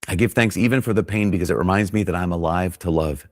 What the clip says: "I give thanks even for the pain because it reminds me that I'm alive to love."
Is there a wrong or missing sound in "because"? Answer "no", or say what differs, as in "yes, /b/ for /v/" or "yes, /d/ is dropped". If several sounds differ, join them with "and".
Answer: no